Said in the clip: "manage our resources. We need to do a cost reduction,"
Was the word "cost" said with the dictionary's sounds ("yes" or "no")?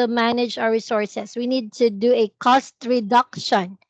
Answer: yes